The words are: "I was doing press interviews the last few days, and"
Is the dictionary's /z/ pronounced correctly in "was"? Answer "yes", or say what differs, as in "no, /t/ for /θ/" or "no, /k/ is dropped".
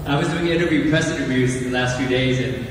yes